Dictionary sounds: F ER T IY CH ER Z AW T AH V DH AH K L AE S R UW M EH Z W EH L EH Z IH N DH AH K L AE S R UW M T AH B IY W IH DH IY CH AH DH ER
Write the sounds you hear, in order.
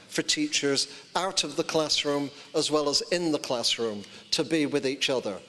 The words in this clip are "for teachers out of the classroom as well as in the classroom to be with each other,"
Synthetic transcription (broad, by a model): F ER T IY CH ER Z AW T AH V DH AH K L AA S R UW M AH Z W EH L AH Z IH N DH AH K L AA S R UW M T AH B IY W IH DH IY CH AH DH ER